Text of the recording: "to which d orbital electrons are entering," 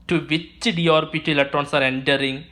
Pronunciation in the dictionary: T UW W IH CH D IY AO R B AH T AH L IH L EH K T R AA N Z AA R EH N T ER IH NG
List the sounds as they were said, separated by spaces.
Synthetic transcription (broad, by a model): T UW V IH CH D IY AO R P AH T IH L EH T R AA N S AA R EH N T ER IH NG